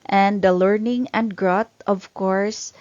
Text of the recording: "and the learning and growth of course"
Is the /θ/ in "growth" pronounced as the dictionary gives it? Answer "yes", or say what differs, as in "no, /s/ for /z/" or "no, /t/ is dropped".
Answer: no, /t/ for /θ/